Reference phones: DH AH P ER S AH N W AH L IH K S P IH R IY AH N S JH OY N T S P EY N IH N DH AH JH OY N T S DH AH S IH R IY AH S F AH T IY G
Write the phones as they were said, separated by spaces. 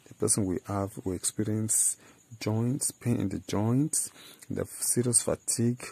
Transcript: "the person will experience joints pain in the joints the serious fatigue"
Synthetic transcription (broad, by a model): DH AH P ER S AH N W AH W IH K S P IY R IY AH N S JH OY N T S P EY N IH N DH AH JH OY N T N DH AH S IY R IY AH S F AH T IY G